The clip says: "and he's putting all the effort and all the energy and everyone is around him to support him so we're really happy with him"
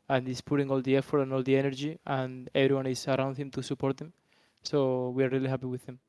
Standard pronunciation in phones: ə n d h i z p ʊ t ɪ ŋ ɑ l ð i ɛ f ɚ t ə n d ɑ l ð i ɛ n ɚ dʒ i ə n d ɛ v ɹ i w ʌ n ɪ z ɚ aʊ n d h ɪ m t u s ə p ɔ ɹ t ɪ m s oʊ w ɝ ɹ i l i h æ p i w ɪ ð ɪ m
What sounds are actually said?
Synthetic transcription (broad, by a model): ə n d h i s p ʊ t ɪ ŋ ɑ l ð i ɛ f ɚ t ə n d ɑ l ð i ɛ n ɚ dʒ i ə n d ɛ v ɹ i w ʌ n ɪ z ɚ aʊ n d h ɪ m t u s ə p ɔ ɹ t ɪ m s oʊ w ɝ ɹ i l i h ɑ p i w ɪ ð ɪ m